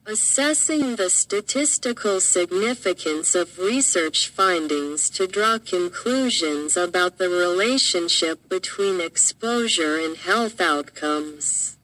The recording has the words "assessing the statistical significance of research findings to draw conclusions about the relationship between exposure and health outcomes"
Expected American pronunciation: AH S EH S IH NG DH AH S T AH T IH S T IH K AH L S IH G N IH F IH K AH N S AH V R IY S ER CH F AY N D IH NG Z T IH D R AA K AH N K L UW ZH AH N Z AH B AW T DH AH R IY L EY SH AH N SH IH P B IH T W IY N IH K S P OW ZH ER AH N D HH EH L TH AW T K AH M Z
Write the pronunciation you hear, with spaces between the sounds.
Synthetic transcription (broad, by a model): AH S EH S IH NG DH AH S T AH T IH S T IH K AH L S IH G N IH F IH K AH N S AH V R IY S ER CH F AY N D IH NG Z T IH D R AA K AH N K L UW ZH AH N Z AH B AW T DH AH R IY L EY SH AH N SH IH P B IH T W IY N IH K S P OW ZH ER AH N HH EH L TH AW T K AH M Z